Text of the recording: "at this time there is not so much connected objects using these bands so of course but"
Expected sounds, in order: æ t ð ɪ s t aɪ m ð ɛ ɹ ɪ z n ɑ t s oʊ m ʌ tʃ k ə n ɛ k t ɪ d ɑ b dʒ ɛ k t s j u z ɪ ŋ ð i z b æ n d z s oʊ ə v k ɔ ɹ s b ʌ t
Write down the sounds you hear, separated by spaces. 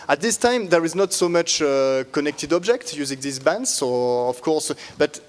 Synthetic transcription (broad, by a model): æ t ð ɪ s t aɪ m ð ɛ ɹ ɪ z n ɑ t s oʊ m ʌ tʃ k ə n ɛ k t ɪ d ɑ b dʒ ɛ k t j u z ɪ ŋ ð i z b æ n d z s oʊ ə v k ɔ ɹ s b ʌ t